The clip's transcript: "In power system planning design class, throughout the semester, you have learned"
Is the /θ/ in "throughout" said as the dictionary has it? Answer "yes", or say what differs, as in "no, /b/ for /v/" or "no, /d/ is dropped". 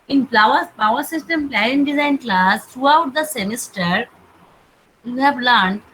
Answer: no, /t/ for /θ/